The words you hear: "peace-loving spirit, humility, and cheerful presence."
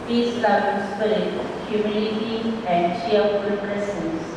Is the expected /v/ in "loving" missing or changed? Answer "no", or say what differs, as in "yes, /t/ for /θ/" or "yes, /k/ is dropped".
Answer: yes, /v/ is dropped